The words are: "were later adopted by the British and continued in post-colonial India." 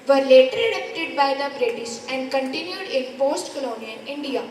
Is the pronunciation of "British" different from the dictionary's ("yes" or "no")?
yes